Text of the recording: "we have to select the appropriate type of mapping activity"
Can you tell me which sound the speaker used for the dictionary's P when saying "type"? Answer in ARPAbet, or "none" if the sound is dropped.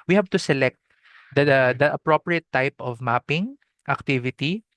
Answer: P